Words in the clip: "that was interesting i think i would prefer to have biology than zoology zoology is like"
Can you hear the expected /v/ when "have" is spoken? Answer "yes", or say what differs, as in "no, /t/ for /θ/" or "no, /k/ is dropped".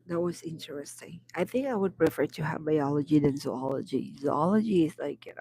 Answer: yes